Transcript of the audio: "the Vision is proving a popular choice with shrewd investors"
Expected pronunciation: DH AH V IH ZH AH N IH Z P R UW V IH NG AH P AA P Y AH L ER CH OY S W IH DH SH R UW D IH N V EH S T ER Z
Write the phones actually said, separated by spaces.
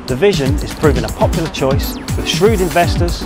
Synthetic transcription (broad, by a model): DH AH V IH ZH AH N IH Z P R UW V IH NG AH P AA P Y L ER CH OY S W IH DH SH R UW D IH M V EH S T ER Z